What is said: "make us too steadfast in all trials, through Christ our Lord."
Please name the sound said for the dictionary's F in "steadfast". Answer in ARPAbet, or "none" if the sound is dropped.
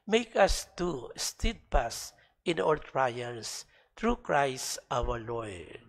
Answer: P